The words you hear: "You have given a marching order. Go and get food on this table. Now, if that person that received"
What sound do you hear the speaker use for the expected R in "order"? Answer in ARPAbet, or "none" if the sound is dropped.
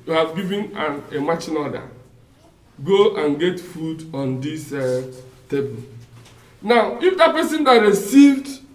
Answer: L